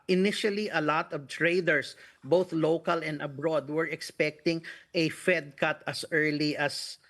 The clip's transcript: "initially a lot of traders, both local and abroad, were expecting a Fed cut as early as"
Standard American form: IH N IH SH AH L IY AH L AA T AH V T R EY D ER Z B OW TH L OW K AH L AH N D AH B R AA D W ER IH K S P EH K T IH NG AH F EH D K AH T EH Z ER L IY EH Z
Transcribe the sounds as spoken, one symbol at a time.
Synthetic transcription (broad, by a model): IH N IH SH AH L IY AH L AA T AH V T R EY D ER S B OW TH L OW K AH L AH N D AH B R AA D W ER IH K S P EH K T IH NG AH F EH D K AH T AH S ER L IY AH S